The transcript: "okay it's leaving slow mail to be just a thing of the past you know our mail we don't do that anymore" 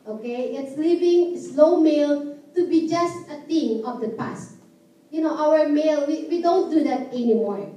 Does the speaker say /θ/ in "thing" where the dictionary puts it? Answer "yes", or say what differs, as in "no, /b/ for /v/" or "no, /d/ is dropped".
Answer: no, /t/ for /θ/